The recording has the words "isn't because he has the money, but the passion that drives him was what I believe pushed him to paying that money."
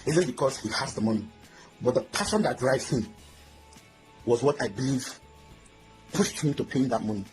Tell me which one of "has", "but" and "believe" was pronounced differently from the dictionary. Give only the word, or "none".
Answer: has